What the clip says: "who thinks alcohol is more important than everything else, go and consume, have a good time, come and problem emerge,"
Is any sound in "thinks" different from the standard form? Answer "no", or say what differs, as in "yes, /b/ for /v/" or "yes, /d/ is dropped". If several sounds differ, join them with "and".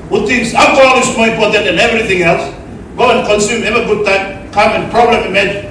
yes, /t/ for /θ/